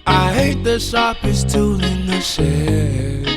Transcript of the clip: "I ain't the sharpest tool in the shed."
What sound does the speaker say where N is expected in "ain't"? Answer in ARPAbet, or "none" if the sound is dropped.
none